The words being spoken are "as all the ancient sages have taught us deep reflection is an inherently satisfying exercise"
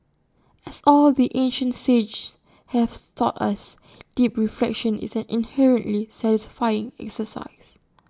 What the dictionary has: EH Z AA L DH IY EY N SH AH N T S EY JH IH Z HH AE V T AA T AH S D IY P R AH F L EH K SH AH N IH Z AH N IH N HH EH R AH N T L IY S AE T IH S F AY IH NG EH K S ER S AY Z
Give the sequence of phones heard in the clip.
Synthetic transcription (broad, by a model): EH S AA L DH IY EY N SH AH N T S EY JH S HH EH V T AA T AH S D IY P R AH F L EH K SH AH N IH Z AH N IH N HH EH R AH N T L IY S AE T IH S F AY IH NG EH K S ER S AY S